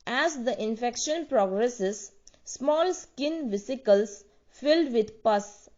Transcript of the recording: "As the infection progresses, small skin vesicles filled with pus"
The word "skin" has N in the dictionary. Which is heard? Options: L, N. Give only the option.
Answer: N